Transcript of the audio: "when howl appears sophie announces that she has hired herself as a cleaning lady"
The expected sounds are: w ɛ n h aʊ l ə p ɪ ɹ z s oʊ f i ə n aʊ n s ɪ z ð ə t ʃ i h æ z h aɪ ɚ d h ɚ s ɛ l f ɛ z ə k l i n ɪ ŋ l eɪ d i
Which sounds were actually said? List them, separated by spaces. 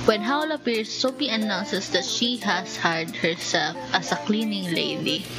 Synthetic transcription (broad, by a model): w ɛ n h aʊ l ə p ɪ ɹ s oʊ p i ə n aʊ n s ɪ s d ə t ʃ i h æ s h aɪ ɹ d h ɚ s ɛ l f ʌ s ə k l i n ɪ ŋ l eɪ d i